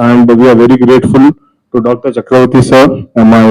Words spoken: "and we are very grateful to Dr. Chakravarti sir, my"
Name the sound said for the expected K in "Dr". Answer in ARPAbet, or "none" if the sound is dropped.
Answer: K